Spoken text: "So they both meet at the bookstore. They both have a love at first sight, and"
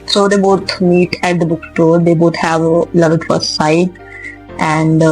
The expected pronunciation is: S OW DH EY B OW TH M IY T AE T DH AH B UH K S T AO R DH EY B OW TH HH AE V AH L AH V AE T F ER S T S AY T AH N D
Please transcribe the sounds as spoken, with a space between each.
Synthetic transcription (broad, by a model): S OW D EY B OW T M IY T AE T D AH B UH K T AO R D EY B OW T HH AE V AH L AH V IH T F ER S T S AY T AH N D